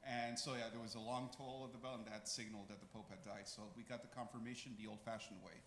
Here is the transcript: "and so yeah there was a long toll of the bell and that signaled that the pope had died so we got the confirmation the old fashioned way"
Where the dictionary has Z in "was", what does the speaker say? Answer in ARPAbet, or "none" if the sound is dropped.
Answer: Z